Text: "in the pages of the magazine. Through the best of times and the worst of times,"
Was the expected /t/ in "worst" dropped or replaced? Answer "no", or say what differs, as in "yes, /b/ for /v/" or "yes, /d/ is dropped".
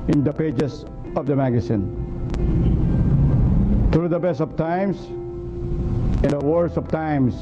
yes, /t/ is dropped